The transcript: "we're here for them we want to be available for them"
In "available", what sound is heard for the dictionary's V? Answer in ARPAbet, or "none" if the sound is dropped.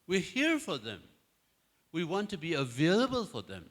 V